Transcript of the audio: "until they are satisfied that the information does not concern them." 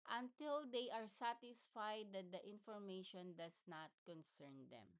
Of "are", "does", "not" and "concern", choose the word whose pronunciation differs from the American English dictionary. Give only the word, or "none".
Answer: does